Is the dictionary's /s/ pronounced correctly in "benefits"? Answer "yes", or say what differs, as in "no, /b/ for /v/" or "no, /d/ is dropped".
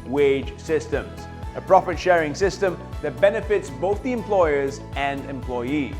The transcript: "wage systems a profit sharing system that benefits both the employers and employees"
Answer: yes